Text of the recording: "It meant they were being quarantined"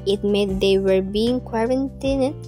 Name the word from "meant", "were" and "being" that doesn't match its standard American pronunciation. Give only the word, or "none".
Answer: meant